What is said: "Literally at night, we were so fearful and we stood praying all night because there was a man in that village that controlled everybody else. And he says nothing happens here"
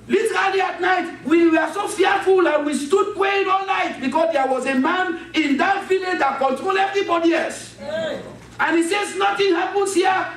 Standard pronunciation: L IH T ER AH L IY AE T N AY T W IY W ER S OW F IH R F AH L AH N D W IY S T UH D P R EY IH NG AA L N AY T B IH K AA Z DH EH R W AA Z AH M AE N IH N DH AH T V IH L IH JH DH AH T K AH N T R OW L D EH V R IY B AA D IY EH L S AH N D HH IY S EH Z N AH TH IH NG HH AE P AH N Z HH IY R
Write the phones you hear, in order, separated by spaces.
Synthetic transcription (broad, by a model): L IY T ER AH L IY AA T N AY T W IY W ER S OW F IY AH F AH L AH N W IY S T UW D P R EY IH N AA L L AY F B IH K AA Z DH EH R W AA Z AH M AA N IH N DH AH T V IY L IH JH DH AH T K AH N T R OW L EH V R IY B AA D IY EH S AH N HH IY S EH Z N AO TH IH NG HH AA P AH N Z HH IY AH